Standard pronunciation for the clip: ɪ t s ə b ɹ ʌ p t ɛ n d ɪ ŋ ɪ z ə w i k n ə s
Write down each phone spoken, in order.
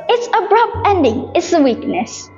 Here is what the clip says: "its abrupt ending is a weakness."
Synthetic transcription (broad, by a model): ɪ t s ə b ɹ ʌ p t ɛ n d ɪ ŋ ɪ s ə w i k n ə s